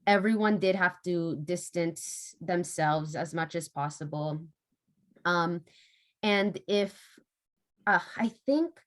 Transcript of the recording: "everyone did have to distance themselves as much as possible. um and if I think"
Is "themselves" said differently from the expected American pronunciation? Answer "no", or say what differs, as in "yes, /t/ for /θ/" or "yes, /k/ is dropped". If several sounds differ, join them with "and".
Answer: no